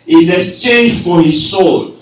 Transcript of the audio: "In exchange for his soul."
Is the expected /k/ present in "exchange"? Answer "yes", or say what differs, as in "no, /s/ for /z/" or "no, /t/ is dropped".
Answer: no, /k/ is dropped